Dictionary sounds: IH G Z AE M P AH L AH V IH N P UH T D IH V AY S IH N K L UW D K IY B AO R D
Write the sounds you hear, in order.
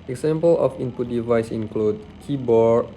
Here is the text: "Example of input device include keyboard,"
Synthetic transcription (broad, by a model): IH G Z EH M P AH L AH F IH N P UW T D IH V AY S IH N K L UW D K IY B AO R